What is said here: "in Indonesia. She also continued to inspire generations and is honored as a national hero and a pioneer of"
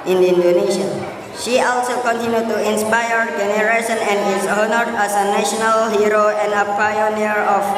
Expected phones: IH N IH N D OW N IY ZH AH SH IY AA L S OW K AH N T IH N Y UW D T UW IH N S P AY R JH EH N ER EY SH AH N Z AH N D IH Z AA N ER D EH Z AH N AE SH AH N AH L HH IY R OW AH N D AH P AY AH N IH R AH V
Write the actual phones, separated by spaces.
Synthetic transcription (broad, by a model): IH N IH N D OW N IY SH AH SH IY AA L S OW K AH N T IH N Y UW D T UW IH N S P AY R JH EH N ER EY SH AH N AH N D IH S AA N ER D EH S AH N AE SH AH N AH L HH IY R OW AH N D AH P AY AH N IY R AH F